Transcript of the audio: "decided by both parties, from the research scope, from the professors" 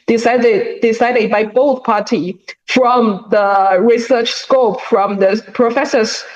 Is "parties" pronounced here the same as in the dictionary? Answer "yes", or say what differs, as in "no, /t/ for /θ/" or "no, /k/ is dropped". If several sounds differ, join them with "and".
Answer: no, /z/ is dropped